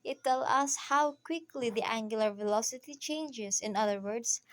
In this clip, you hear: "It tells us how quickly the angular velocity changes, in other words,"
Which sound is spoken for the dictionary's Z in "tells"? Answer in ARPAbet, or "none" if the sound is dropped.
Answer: none